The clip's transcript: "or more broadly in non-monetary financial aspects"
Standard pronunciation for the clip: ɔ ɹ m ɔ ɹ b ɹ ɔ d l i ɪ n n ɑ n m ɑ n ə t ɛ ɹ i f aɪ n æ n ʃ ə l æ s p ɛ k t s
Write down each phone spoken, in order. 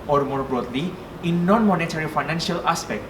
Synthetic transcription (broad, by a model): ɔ ɹ m ɔ ɹ b ɹ ɔ d l i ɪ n n ɑ n m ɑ n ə t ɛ ɹ i f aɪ n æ n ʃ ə l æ s p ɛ k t